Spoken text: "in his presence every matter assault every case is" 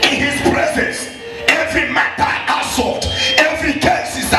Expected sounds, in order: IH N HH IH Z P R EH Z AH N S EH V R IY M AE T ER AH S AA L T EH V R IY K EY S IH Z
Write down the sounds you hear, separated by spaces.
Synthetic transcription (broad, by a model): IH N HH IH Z P R EH Z AH N S EH V R IY M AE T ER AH S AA T EH V R IY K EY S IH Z